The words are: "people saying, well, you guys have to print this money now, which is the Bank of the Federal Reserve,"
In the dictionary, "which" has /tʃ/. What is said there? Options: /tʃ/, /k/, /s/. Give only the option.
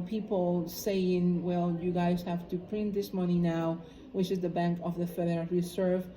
/tʃ/